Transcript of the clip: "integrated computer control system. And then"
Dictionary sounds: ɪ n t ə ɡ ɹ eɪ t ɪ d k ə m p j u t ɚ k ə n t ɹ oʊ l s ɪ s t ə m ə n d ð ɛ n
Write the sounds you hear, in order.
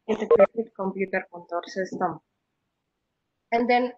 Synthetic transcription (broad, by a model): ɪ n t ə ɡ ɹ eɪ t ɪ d k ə m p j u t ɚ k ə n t oʊ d s ɪ s t ə m ə n d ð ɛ n